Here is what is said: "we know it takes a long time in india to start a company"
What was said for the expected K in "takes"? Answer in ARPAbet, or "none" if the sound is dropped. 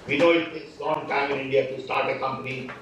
none